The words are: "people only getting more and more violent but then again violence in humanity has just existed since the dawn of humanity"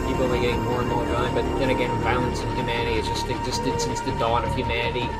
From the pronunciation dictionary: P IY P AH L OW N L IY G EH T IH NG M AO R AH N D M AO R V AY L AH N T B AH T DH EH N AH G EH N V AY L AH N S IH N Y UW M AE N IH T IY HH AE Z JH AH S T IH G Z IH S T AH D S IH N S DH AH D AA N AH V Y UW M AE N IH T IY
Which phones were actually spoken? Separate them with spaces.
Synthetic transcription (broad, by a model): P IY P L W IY G EH T IH NG M AO R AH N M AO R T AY AH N B AH T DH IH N AH G EH N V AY L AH N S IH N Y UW M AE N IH T IY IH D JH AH S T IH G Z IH S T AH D S IH N S DH AH D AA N AH V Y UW M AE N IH T IY